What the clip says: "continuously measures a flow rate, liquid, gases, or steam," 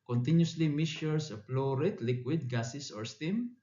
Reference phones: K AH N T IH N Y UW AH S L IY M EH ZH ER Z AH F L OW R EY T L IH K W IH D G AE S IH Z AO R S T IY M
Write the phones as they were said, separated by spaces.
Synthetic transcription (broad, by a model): K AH N T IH N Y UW S L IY M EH S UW S AH P L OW R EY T L IH K W IH D G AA S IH S AO R S T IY M